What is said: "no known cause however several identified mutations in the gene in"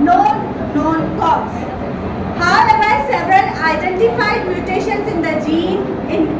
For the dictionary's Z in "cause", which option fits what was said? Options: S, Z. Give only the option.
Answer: S